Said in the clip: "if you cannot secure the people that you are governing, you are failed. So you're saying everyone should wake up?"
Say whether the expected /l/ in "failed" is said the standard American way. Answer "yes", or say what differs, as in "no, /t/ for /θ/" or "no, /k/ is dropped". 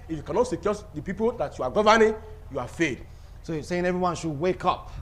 no, /l/ is dropped